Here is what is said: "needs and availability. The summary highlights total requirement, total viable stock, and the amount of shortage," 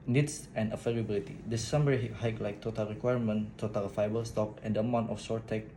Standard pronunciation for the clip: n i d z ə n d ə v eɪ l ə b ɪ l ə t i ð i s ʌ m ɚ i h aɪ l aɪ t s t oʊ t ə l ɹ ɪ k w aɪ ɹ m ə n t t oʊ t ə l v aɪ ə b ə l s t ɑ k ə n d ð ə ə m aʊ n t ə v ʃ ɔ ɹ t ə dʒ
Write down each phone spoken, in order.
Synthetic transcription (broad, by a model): n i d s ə n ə f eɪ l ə b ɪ l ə t i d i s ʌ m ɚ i h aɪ l aɪ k t oʊ t ə l ɹ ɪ k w aɪ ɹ m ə n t t oʊ t ə l f aɪ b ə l s t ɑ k ə n d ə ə m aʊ n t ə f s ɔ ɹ t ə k